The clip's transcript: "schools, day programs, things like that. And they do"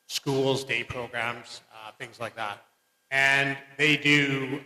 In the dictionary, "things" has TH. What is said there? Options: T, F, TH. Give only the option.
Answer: TH